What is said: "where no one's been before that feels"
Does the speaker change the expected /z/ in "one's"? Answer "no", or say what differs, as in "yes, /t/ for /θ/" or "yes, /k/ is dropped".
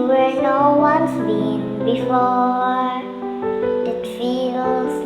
yes, /s/ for /z/